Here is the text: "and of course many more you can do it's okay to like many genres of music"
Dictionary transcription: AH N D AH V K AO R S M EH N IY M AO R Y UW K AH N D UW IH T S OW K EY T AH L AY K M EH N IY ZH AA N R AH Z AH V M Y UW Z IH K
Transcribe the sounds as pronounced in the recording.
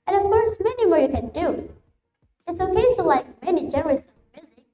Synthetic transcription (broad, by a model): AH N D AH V K AO R S M EH N IY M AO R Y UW K AH N D UW IH T S OW K EY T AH L AY K M EH N IY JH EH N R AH S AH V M Y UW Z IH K